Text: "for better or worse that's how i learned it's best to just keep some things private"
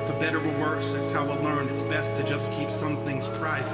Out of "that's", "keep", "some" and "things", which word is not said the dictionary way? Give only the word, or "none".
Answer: none